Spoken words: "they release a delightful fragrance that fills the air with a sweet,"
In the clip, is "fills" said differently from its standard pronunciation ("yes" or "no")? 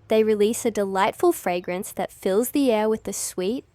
no